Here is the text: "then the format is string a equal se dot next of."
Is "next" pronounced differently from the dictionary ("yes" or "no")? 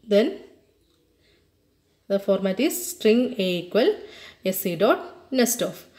yes